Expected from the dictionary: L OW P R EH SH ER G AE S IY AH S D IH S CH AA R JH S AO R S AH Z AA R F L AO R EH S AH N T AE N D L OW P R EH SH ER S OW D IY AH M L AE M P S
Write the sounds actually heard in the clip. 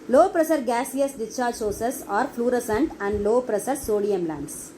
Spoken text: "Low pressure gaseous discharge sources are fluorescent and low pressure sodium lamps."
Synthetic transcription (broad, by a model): L OW P R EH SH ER G AE S IY AH S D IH CH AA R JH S AO S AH S AA R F L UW R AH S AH N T AE N D L OW P R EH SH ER S OW D IY AH M L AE M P S